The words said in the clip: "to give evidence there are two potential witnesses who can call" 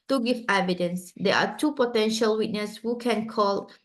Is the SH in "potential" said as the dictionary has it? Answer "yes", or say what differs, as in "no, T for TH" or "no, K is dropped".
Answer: yes